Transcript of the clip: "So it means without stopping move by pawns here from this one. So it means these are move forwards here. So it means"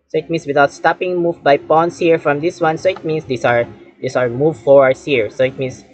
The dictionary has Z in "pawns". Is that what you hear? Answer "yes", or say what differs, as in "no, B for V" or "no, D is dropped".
no, S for Z